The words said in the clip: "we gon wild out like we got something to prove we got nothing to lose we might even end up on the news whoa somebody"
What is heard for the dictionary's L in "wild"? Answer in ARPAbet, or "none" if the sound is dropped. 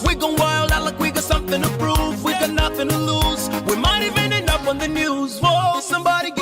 L